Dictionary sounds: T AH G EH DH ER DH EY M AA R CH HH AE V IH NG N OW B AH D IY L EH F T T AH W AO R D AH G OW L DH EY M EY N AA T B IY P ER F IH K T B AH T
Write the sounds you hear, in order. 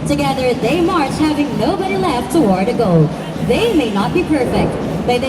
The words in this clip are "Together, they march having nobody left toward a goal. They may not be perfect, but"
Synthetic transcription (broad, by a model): T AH G EH DH ER DH EY M AA R CH HH AE V IH NG N OW B AH D IY L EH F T T AH W AO R D AH G OW L DH EY M EY N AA T B IY P ER F IH K T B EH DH